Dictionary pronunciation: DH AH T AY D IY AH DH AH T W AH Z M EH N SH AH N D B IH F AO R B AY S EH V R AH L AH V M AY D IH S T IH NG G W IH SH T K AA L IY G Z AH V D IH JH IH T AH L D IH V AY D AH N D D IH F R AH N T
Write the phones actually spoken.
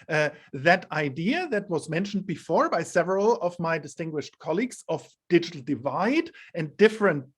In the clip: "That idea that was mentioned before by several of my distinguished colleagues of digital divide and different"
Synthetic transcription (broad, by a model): DH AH T AY D IY AH DH AH T W AH Z M EH N SH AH N D B IH F AO R B AY S EH V R AH L AH V M AY D IH S T IH NG G W IH SH T K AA L IY G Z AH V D IH JH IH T L D IH V AY D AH N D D IH F R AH N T